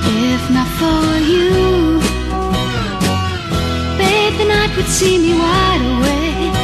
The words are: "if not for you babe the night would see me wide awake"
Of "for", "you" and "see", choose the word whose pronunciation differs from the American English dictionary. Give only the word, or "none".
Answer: for